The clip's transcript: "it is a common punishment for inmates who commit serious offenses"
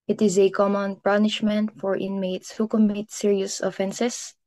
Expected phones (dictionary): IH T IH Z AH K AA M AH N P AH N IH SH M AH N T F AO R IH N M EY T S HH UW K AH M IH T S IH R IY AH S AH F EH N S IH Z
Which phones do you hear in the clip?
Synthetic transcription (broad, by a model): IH T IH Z AH K AA M AH N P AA N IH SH M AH N T F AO R IH N M EY T S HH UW K AH M IH T S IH R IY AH S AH F EH N S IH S